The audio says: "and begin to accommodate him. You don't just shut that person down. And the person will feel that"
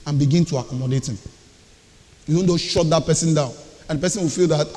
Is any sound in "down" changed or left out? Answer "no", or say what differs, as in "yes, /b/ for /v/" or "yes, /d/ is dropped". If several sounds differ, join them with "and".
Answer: no